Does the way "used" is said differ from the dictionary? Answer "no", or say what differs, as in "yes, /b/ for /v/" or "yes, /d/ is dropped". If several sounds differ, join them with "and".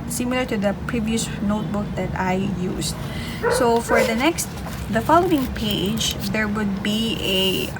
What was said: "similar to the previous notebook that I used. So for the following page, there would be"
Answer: yes, /s/ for /z/